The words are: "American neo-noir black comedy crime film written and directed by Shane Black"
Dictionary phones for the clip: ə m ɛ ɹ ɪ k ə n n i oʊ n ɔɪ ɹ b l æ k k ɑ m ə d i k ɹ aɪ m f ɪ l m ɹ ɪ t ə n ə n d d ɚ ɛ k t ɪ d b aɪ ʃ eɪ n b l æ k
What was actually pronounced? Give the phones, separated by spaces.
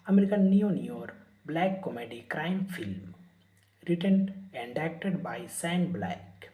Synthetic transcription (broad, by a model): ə m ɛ ɹ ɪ k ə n n i oʊ n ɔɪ ɹ b l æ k k ɑ m ə d i k ɹ aɪ m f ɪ l m ɹ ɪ t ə n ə n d d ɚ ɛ k t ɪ d b aɪ s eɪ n b l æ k